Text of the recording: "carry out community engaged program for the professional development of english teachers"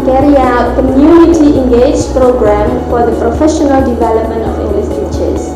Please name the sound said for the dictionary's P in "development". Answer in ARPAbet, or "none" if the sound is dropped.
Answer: P